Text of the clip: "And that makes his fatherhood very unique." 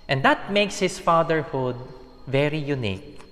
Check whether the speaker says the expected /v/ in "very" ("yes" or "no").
yes